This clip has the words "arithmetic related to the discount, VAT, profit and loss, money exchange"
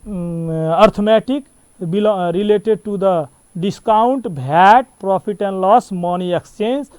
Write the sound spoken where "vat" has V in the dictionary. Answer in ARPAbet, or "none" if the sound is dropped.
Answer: B